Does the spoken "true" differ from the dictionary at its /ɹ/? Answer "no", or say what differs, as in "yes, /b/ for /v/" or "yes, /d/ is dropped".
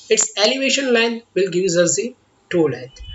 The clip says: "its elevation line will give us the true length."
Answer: yes, /ɹ/ is dropped